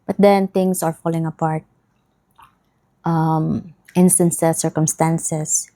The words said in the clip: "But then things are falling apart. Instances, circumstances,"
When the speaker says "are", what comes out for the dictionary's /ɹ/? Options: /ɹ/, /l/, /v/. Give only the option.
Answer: /ɹ/